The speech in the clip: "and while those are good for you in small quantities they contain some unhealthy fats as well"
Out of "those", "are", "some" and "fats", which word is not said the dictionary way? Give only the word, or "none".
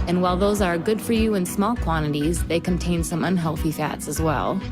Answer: none